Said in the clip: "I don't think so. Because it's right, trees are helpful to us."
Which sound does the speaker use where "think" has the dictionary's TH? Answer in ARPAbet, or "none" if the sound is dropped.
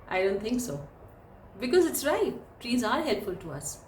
T